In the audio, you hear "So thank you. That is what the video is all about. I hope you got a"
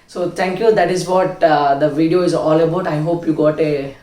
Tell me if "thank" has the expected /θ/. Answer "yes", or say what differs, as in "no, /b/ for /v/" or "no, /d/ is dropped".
no, /t/ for /θ/